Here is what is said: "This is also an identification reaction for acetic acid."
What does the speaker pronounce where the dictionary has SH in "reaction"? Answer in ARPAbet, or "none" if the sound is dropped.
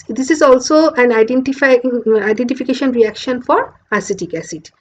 SH